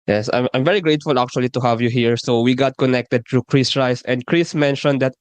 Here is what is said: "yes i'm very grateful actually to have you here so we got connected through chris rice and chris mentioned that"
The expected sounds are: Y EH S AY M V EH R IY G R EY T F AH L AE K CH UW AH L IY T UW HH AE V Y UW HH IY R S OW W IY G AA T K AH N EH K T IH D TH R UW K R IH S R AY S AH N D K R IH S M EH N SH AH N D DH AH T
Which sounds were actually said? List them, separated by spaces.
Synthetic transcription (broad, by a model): Y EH S AY M V EH R IY G R EY T F AH L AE K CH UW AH L IY T UW HH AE V Y UW HH IY R S OW W IY G AA T K AH N EH K T IH D T R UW K R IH S R AY S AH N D K R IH S M EH N SH AH N D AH T